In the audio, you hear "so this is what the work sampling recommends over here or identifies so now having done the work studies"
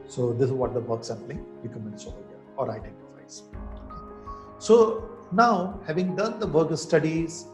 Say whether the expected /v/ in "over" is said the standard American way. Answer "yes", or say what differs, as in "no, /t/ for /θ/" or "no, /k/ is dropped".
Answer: no, /v/ is dropped